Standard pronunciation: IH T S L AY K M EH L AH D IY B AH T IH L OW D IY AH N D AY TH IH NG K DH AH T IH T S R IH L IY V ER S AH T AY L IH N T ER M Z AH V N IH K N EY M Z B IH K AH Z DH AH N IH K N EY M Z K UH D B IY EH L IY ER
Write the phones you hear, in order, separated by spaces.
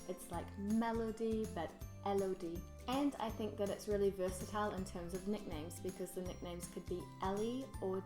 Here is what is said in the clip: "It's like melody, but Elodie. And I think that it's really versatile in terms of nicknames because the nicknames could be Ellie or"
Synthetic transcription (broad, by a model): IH T S L AY K M EH L AH D IY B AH T IH L OW D IY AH N AY TH IH NG K DH AH T IH T S R IH L IY V ER S AH T AY L IH N T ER M Z AH V N IH K N EY M Z B IH K AH Z DH AH N IH K N EY M Z K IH D B IY EH L IY ER